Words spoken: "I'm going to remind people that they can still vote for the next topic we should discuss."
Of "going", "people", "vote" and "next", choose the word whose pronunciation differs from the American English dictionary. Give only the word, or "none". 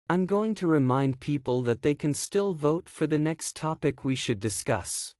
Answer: none